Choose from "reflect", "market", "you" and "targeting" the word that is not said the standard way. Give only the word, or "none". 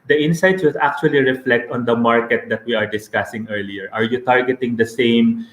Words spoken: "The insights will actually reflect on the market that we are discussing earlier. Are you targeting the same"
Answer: none